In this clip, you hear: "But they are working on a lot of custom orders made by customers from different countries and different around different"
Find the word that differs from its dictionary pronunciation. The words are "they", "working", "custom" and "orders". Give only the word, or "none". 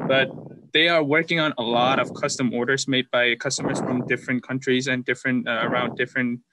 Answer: none